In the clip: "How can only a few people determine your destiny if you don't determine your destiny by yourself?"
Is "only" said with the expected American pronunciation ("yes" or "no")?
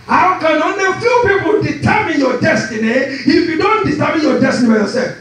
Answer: no